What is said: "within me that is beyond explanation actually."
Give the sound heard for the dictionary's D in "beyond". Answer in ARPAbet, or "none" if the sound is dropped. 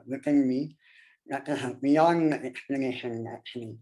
none